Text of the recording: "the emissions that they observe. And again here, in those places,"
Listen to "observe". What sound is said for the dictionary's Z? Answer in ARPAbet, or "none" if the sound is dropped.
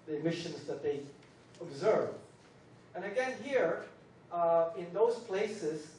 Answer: Z